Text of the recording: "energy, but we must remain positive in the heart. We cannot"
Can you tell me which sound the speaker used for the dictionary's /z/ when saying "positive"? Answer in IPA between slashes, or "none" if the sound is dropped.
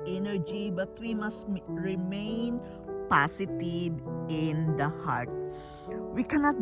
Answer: /s/